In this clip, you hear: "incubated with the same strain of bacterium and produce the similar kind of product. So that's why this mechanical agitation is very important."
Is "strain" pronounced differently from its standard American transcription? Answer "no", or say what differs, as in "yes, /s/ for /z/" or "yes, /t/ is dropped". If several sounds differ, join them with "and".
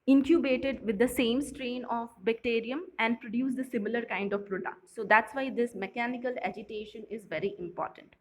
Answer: no